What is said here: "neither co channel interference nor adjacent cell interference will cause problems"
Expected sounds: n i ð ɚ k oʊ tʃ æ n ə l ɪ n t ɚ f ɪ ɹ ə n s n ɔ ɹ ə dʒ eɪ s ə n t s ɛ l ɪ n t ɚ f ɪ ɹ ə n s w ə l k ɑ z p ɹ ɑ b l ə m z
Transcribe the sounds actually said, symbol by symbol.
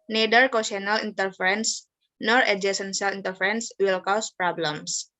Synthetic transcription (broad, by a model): n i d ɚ k oʊ s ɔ n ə l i n t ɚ f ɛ ɹ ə n s n ɔ ɹ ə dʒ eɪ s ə n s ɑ l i n t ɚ f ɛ ɹ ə n s w ə l k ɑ s p ɹ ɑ b l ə m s